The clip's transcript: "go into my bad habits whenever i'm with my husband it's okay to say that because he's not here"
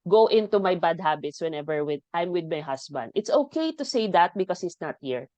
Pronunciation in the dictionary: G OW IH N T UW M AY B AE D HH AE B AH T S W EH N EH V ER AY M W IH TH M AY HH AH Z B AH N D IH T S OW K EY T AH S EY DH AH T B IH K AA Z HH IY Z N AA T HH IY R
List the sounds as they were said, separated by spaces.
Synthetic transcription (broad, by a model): G OW IH N T UW M AY B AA D HH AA B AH T S W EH N EH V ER AY M W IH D M AY HH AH S B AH N D IH T S OW K EY T AH S EY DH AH T B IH K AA S HH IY S N AA T HH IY R